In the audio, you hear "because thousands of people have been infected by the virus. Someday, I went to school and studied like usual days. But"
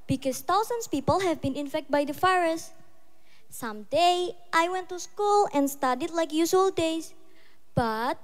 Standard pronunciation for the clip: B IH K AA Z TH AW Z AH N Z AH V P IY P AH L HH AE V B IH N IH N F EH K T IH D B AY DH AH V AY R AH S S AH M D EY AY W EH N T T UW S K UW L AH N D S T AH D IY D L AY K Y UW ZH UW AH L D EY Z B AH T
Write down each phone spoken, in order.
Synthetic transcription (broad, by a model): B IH K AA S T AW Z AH N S P IY P AH L HH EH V B IH N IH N F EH K T B AY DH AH F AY R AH S S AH M D EY AY W EH N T T UW S K UW L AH N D S T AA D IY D L AY K Y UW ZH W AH L D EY S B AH T